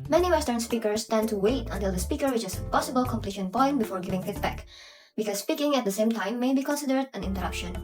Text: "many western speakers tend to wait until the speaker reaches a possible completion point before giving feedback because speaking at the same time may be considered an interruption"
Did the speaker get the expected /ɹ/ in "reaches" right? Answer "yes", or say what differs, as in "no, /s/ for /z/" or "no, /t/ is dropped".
no, /w/ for /ɹ/